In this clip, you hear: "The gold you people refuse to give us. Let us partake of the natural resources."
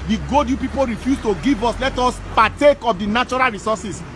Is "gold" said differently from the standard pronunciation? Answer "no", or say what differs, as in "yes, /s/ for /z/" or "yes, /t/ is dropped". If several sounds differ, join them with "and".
yes, /l/ is dropped